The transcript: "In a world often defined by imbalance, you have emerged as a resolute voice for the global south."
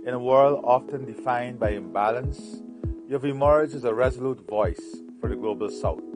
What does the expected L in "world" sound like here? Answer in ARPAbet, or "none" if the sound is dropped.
L